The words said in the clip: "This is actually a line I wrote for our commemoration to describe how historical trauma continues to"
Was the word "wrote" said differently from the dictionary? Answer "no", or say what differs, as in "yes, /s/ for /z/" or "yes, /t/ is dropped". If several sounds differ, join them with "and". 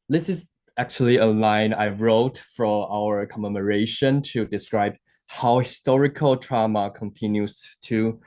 no